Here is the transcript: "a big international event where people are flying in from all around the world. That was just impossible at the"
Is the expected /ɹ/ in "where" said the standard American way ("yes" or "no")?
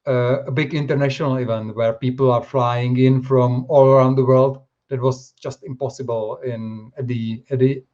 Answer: yes